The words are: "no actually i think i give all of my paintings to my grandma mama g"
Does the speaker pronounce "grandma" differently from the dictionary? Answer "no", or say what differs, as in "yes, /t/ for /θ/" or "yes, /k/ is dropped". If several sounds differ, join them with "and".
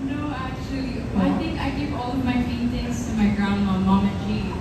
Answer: yes, /m/ is dropped